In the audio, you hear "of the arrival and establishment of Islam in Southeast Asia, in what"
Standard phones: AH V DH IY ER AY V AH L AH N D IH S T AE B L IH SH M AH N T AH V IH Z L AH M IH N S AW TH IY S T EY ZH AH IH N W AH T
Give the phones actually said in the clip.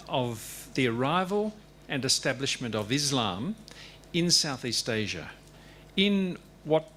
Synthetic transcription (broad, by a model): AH V DH IY ER AY V AH L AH N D IH S T AE B L IH SH M AH N T AH V IH Z L AH M IH N S AW TH IY S T EY ZH AH IH N W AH T